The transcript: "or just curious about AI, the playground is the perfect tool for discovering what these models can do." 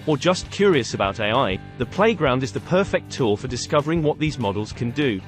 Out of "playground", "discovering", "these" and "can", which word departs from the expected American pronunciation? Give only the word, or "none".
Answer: none